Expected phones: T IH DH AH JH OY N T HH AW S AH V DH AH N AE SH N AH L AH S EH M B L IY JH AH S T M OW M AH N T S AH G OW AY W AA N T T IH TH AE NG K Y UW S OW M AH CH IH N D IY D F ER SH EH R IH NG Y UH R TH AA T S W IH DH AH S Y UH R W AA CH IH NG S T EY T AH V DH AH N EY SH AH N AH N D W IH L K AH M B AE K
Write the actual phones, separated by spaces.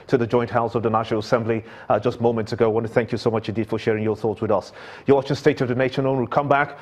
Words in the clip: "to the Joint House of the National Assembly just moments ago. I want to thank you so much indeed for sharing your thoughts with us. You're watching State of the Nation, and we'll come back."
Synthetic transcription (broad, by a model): T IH DH AH JH OY N T HH AW S AH V DH AH N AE SH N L AH S EH M B L IY JH AH S T M OW M AH N T S AH G OW AY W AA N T T IH TH AE NG K Y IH S OW M AH CH IH N D IY D F ER SH EH R IH NG Y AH R TH AA T S W IH DH AH S Y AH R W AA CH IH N S T EY T AH V DH AH N EY SH AH N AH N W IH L K AH M B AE K